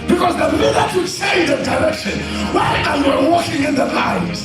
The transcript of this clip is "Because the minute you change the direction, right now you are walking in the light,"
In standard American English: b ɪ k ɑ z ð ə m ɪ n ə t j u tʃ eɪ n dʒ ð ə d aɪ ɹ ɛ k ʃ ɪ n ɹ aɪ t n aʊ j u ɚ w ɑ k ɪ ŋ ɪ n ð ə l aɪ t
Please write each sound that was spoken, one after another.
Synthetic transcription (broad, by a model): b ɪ k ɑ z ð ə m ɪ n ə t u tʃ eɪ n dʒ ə d aɪ ɹ ɛ k ʃ ɪ n w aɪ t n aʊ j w ɚ w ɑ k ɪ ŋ ɪ n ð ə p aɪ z